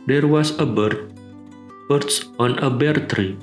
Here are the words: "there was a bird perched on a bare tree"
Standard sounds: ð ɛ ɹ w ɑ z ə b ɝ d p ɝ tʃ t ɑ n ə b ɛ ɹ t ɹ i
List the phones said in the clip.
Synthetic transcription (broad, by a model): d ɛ ɹ w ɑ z ə b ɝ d b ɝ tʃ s ɑ n ə b ɛ ɹ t ɹ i